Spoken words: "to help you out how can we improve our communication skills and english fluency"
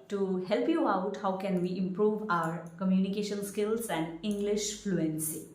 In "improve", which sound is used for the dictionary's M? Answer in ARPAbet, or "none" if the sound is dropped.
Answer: M